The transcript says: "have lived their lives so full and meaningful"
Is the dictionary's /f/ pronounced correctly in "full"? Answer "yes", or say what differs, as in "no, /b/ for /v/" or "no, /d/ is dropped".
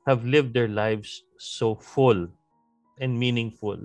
yes